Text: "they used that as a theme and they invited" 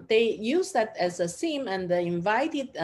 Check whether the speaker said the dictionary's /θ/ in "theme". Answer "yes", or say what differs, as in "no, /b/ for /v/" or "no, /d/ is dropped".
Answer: no, /s/ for /θ/